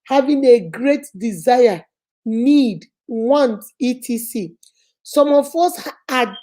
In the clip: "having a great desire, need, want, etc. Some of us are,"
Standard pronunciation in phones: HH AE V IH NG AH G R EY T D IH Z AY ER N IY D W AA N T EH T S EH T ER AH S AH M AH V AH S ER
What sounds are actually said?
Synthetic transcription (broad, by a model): HH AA V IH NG AH G R EY T D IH Z AY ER N IY D W AA N T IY T IY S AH S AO M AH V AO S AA